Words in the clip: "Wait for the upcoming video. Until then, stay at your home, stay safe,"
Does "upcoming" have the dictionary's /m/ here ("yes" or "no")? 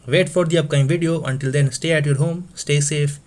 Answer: no